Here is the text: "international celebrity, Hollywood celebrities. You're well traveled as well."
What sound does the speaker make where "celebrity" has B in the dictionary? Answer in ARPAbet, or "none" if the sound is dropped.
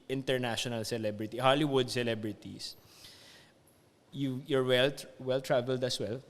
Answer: B